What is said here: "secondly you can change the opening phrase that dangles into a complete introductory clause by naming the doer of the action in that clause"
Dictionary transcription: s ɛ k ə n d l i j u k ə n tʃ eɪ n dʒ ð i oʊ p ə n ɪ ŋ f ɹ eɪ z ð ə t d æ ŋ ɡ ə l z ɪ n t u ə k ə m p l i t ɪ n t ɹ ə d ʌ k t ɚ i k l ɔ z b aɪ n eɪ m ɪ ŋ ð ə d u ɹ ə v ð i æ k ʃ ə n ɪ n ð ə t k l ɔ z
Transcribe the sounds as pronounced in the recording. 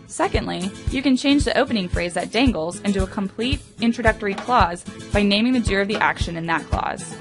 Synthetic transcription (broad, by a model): s ɛ k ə n d l i j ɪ k ə n tʃ eɪ n dʒ ð i oʊ p ə n ɪ ŋ f ɹ eɪ z ð ə t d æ ŋ ɡ l z ɪ n t u ə k ə m p l i t ɪ n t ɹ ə d ʌ k t ɚ i k l ɔ z b aɪ n eɪ m ɪ ŋ ð ə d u ɹ ə v ð i æ k ʃ ə n ɪ n ð ə t k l ɔ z